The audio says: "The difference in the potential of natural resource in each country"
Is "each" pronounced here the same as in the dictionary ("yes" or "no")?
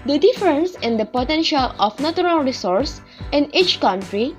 yes